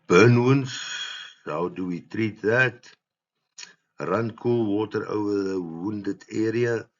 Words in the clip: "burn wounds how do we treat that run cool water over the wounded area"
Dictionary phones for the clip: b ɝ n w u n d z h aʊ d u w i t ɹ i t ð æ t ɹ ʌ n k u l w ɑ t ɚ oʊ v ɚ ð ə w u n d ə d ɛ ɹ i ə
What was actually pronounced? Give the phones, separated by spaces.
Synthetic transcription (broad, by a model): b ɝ n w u n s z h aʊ d u w i t ɹ i t ð æ t ɹ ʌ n k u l w ɑ t ɚ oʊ ɚ ð ə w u n d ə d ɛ ɹ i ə